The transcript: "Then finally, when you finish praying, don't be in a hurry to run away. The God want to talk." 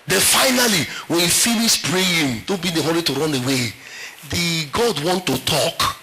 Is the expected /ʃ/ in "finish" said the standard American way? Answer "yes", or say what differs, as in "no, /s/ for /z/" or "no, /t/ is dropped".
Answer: no, /s/ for /ʃ/